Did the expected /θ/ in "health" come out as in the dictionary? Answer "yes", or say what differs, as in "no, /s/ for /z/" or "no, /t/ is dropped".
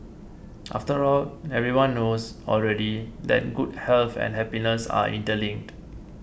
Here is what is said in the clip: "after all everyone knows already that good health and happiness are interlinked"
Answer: no, /f/ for /θ/